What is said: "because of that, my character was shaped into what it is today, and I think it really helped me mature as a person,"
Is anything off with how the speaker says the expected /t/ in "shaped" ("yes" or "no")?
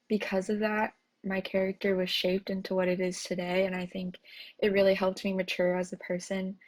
no